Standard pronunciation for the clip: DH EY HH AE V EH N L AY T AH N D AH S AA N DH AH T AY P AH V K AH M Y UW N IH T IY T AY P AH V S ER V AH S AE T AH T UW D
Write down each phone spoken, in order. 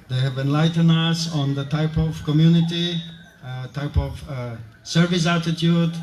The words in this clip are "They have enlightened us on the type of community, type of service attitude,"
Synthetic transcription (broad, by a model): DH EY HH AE V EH N L AY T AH N AH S AA N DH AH T AY P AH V K AH M Y UW N IH T IY T AY P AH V S ER V AH S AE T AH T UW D